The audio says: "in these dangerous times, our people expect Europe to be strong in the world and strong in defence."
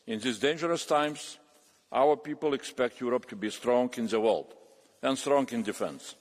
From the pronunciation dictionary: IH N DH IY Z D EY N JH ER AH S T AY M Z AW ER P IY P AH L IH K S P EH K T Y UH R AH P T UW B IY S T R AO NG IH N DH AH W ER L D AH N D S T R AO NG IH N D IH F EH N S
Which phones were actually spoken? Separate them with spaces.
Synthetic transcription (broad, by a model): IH N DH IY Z D EY N JH ER AH S T AY M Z AW ER P IY P AH L IH K S P EH K T Y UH R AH P T UW B IY S T R AO NG IH N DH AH W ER L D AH N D S T R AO NG IH N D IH F EH N S